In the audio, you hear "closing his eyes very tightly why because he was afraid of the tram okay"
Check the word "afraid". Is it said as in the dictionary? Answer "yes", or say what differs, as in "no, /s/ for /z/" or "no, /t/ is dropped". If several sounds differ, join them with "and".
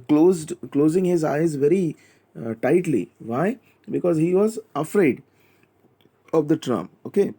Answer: yes